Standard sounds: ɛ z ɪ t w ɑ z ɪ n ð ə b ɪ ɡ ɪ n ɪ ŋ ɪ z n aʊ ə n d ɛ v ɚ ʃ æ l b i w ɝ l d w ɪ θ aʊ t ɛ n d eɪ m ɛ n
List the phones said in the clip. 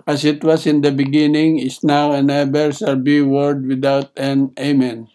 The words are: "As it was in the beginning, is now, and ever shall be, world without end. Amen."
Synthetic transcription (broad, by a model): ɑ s ɪ t w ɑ s ɪ n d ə b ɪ ɡ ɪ n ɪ ŋ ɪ s n aʊ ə n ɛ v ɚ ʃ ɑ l b i w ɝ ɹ d w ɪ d aʊ t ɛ n eɪ m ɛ n